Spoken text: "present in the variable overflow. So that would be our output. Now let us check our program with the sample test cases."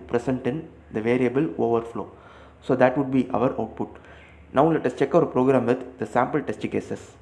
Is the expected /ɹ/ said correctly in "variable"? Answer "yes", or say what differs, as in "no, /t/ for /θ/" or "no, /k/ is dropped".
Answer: yes